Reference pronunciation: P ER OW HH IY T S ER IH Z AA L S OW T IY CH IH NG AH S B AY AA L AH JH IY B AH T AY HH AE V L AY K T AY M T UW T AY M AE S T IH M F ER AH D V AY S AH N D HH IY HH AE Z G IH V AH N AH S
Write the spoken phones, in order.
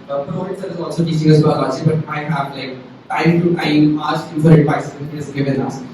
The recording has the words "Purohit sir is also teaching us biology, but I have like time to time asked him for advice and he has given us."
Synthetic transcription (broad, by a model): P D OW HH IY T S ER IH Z AA L S OW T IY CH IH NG AH S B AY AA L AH CH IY B AH T AY HH AE V L AY K T AY M T UW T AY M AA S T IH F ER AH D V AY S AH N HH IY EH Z G IH V AH N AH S